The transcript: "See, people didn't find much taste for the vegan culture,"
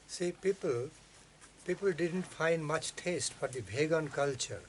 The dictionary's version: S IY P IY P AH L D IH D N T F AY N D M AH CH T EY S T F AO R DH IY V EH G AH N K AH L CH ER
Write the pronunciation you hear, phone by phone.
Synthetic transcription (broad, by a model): S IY P IY P AH L D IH D N T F AY N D M AH CH T EY S T F AO R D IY B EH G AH N K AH L CH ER